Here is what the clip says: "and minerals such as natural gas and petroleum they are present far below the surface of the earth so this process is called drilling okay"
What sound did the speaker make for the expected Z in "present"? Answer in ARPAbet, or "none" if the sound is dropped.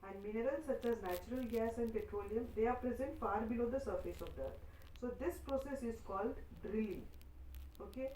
Z